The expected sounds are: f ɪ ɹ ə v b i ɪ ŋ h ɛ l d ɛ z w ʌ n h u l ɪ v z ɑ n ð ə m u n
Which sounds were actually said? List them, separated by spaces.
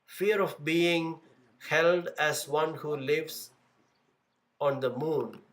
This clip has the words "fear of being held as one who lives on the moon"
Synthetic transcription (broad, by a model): f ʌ ɹ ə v b i ɪ ŋ h ɛ l d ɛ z w ʌ n h u l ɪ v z ɑ n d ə m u n